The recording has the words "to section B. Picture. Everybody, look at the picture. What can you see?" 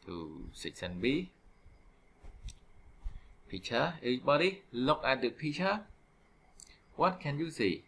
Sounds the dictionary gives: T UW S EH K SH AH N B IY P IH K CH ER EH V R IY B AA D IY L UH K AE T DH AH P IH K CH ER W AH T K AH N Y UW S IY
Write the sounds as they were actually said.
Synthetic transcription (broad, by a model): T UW S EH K S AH N B IY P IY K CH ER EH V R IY B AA D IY L UH K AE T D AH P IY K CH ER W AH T K AH N Y UW S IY